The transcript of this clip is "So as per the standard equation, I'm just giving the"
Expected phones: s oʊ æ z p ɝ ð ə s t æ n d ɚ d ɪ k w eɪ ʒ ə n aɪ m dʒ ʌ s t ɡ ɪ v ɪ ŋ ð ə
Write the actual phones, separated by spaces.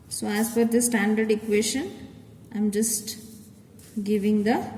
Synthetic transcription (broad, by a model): s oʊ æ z f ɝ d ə s t æ n d ɚ d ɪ k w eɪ ʃ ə n aɪ m dʒ ʌ s t ɡ ɪ v ɪ ŋ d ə